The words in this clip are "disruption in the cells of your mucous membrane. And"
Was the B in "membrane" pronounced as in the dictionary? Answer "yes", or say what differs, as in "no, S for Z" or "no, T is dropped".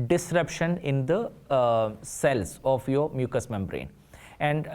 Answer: yes